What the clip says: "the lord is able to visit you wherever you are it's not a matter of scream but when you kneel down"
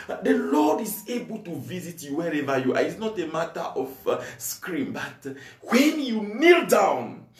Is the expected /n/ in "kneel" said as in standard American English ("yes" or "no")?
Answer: yes